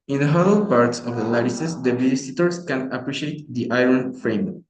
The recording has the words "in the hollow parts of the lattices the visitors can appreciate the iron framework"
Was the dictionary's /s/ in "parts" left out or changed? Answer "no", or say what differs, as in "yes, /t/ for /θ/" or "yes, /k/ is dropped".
no